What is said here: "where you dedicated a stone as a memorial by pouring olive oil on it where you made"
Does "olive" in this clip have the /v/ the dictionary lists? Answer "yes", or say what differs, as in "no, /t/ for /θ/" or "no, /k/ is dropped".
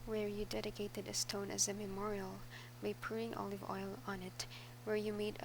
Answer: yes